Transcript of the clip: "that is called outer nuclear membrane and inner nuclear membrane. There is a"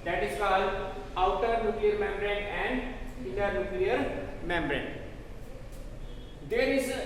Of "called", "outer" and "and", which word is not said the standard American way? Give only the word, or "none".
called